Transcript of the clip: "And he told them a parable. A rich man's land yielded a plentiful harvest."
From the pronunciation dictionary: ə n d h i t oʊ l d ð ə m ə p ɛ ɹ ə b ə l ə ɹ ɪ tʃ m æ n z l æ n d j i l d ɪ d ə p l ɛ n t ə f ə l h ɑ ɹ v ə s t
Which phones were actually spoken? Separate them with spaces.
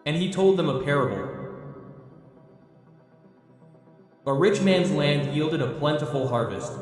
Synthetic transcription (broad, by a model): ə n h i t oʊ l d ð ə m ə p ɛ ɹ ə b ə l ə ɹ ɪ tʃ m æ n z l æ n d j i l d ɪ d ə p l ɛ n t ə f l h ɑ ɹ v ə s t